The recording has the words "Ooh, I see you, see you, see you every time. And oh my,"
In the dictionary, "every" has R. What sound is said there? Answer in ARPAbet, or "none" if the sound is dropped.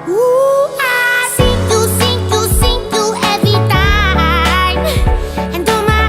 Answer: none